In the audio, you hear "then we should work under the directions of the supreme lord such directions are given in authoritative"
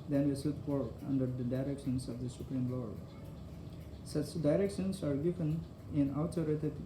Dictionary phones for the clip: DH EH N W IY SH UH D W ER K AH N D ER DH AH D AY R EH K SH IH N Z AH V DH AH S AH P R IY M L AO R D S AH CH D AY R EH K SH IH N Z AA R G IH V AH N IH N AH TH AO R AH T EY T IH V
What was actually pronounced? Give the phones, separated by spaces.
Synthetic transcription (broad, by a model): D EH N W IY S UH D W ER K AH N D ER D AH D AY R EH K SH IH N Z AH V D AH S AH P R IY M L AO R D S AH CH D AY R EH K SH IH N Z AA R G IH V AH N IH N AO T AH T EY T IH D